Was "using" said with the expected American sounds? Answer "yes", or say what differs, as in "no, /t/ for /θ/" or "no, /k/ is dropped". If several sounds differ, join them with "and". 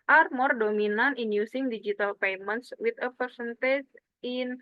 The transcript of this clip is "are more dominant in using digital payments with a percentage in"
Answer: no, /s/ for /z/